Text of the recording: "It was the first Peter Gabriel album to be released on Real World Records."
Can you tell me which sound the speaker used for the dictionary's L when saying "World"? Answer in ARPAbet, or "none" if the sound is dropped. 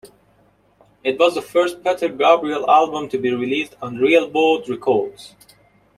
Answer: none